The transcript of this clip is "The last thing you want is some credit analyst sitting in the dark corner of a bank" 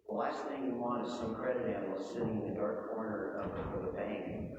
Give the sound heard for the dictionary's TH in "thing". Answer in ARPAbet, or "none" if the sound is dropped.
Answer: TH